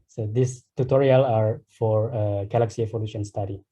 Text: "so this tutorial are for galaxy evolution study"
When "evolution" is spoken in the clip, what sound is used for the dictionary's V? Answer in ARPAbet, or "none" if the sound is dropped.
F